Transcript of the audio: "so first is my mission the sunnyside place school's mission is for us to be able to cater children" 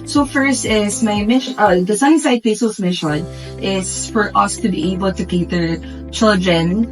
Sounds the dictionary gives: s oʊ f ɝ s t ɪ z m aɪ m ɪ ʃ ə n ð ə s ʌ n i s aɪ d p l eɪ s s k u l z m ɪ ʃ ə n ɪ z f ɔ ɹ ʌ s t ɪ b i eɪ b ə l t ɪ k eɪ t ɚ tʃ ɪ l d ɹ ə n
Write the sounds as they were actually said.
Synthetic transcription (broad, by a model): s oʊ f ɝ s t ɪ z m aɪ m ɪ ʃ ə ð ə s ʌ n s aɪ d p eɪ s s ʌ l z m ɪ ʃ ə n ɪ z f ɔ ɹ ʌ s t ɪ b i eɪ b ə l t ɪ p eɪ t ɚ tʃ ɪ l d ɹ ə n